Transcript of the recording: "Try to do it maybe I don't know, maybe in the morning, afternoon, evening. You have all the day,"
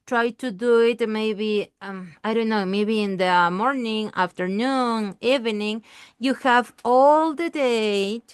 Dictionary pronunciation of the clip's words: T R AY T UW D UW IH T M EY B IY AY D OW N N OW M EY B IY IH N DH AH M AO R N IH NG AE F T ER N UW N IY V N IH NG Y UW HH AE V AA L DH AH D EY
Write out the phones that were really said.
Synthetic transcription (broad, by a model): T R AY T UW D UW IH T M EY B IY AY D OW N N OW M EY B IY IH N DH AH M AO R N IH NG AE F T ER N UW N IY V N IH NG Y UW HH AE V AA L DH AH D EY